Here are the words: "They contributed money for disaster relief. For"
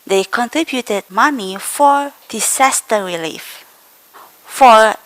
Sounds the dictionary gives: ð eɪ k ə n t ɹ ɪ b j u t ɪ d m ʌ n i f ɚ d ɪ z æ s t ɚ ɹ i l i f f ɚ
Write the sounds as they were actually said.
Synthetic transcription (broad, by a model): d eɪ k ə n t ɹ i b j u t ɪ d m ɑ n i f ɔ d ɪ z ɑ s t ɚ ɹ i l i f f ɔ